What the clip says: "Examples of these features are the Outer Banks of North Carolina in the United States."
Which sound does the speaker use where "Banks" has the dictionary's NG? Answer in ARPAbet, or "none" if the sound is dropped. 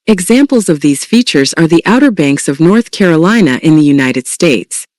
NG